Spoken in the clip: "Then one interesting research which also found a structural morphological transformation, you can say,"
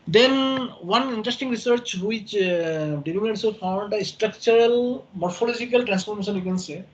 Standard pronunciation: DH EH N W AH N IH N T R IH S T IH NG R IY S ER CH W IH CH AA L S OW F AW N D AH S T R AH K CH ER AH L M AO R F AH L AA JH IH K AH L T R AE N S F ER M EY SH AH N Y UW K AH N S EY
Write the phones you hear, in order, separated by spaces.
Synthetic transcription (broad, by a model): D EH N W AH N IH N T R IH S T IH NG R IY S ER CH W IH CH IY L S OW F AW N D AH S T R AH K CH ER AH L M AO R F AH L AA JH IH K AH L T R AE N S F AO M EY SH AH N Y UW K AH N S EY